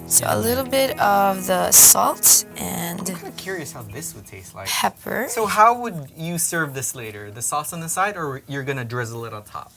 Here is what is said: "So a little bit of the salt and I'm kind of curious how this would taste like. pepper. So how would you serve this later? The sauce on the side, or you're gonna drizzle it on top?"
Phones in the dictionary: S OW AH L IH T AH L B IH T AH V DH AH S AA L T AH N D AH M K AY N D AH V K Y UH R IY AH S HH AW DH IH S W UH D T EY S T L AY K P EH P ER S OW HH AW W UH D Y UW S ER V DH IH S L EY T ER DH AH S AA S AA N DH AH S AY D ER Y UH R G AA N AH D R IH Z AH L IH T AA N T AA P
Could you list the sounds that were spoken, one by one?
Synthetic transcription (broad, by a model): S OW AH L IH T L B IH T AH V DH AH S AA L T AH N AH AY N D AH V K Y UH R IY AH S HH AW DH IH S W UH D T EY S T L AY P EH P ER S OW HH AW W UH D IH S ER V DH IH S L EY T ER DH AH S AA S N DH AH S AY D ER Y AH R G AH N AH D R IH Z AH L IH T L T AA P